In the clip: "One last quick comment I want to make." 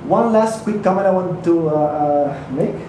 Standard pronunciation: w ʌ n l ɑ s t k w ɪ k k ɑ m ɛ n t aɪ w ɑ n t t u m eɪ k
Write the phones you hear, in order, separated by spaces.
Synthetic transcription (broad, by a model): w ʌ n l ɑ s t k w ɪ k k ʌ m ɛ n aɪ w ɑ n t t u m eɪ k